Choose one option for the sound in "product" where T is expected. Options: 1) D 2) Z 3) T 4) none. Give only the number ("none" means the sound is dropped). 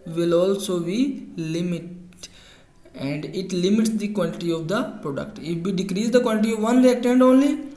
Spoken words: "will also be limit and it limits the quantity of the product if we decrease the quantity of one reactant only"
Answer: 3